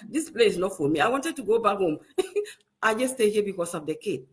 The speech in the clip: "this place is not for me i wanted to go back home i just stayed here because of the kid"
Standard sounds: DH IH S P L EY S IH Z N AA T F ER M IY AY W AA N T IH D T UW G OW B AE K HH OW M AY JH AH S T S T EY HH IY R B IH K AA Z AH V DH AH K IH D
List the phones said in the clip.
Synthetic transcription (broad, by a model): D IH S P L EY IH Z N AA T F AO M IY AY W AA N T IH D T UW G OW B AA K HH OW M AY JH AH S S T EY HH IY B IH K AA S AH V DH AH K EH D